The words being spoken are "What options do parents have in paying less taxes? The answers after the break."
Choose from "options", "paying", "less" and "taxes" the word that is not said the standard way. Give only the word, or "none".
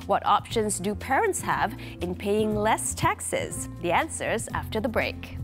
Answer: none